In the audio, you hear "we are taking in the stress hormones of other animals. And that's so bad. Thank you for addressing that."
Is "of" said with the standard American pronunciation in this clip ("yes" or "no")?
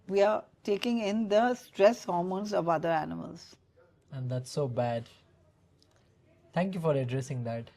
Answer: yes